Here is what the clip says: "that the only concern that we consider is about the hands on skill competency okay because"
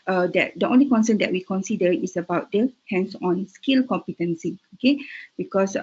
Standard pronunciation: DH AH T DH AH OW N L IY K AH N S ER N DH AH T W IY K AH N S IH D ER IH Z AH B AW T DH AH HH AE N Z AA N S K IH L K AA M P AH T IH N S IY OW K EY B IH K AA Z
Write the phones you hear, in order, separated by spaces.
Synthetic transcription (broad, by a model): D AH T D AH OW N L IY K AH N S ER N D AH T W IY K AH N S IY D ER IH S AH B AW T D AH HH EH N S AA N S K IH L K AA M P AH T IH N S IY OW K EY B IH K AA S